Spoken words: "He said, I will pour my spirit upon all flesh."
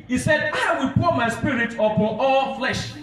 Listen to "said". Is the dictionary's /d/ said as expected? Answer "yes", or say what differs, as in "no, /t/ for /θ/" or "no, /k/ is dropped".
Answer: yes